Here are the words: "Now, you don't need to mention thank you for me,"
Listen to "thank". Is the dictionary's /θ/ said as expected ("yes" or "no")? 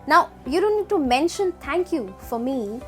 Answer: no